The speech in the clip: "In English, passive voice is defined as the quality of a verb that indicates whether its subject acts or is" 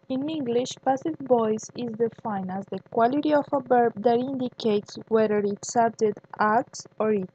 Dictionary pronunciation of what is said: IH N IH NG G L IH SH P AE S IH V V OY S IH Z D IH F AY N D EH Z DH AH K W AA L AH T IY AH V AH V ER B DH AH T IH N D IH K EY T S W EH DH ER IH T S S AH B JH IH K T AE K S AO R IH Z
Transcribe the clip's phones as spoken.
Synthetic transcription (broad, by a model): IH N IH NG G L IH SH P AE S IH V B OY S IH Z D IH F AY N AA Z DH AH K W AA L AH T IY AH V AH B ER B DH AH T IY N D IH K EY T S W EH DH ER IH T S S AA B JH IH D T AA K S AO R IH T